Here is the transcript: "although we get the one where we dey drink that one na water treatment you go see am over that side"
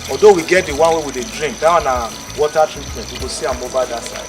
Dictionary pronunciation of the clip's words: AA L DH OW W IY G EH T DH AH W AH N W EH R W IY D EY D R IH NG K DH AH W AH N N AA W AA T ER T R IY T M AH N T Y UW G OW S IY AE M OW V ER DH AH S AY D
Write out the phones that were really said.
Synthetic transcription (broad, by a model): AA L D OW W IY G EH T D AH W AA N W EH W IY D EY D R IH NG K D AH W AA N N AA W AA T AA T R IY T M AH N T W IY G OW S IY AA M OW B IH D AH S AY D